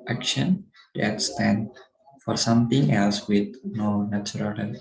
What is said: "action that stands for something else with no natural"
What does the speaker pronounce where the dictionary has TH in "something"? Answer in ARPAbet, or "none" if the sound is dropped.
T